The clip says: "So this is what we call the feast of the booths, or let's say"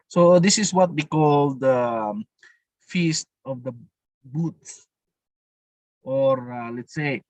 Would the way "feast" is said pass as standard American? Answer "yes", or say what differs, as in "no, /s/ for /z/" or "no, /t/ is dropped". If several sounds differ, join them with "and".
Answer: yes